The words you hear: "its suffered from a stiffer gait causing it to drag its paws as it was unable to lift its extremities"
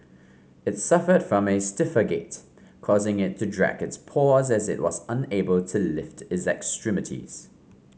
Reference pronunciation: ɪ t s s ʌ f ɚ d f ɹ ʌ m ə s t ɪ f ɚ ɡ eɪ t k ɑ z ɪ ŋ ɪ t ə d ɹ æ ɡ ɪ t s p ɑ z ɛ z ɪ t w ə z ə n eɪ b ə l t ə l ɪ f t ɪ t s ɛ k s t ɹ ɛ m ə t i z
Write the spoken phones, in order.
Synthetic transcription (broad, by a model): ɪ t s s ʌ f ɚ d f ɹ ʌ m ə s t ɪ f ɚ ɡ eɪ t k ɑ z ɪ ŋ ɪ t ə d ɹ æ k ɪ t s p ɑ z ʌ z ɪ t w ə z ə n eɪ b ə l t ə l ɪ f t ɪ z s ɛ k s t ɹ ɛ m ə t i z